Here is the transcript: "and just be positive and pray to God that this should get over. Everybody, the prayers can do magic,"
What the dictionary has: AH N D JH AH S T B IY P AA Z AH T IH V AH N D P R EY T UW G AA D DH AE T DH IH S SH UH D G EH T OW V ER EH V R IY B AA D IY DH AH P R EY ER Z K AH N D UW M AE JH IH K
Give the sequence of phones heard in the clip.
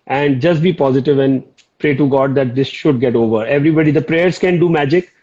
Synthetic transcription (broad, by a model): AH N D JH AH S T B IY P AA Z AH T IH V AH N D P R EY T UW G AA D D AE T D IH S SH UH D G EH T OW V ER EH V R IY B AA D IY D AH P R EY ER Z K AH N D UW M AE JH IH K